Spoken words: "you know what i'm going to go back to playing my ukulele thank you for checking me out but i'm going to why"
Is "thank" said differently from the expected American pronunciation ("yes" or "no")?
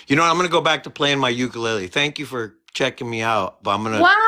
no